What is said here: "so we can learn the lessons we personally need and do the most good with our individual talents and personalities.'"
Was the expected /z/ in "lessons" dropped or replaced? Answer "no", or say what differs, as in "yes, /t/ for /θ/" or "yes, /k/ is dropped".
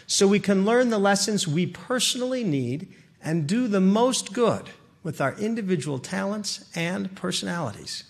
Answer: no